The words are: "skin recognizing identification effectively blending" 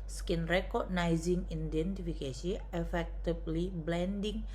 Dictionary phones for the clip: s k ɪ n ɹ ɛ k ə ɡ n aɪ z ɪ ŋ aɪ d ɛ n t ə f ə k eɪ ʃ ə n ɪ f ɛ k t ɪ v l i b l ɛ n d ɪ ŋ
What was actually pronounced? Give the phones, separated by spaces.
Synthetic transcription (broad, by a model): s k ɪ n ɹ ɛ k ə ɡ n aɪ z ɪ ŋ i d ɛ n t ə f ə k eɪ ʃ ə ɪ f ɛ k t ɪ b l i b l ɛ n d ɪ ŋ